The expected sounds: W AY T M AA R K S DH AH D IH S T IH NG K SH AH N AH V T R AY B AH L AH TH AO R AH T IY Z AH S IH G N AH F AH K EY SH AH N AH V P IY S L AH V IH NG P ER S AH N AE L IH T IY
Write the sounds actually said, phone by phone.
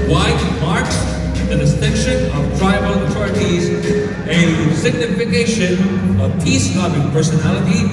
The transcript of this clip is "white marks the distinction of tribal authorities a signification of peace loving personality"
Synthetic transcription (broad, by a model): W AY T M AA R K S DH AH D IH S T IH NG K SH AH N AH V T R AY AH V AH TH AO R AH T IY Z AH S IH G N AH F AH K EY SH AH N AH V P IY S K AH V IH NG P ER S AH N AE L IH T IY